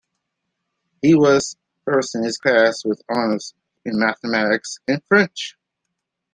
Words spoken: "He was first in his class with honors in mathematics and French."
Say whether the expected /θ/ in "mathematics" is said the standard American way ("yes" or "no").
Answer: yes